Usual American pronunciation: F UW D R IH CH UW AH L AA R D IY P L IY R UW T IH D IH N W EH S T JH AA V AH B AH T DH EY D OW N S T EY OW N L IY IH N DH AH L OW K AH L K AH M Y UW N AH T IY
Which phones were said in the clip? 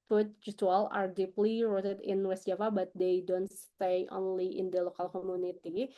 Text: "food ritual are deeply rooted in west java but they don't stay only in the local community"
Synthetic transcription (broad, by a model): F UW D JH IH S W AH L AA R D IY P L IY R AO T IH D IH N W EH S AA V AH B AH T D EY D OW N S T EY OW N L IY IH N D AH L OW K AH L K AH M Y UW N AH T IY